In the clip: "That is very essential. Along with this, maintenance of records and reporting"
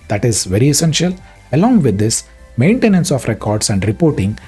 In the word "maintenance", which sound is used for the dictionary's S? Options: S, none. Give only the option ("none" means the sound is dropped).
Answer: S